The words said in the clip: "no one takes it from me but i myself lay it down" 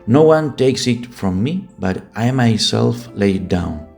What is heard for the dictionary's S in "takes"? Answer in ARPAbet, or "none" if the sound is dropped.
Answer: S